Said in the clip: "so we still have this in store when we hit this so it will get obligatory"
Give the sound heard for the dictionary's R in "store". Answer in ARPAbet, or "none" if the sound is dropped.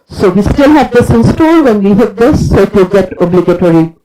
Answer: L